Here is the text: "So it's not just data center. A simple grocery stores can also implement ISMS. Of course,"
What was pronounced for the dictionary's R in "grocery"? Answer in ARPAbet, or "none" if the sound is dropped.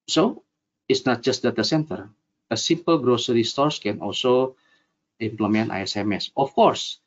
R